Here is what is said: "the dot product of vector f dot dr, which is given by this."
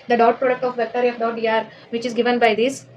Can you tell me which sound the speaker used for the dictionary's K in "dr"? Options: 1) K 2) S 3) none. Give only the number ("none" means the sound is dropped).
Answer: 3